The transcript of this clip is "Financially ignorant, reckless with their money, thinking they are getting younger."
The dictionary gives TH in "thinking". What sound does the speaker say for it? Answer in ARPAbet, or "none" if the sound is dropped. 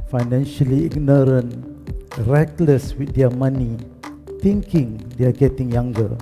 T